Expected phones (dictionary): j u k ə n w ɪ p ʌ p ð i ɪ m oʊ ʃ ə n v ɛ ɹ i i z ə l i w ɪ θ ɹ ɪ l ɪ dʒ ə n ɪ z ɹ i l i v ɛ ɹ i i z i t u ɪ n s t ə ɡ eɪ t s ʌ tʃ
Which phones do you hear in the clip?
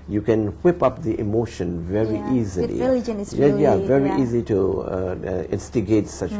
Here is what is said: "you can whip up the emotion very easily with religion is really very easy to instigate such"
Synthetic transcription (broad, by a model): j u k ə n w ɪ p ʌ p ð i ɪ m oʊ ʃ ə n v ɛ ɹ i i z ə l i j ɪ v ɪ ɹ i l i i i z i t u ɪ n s t ə ɡ eɪ t s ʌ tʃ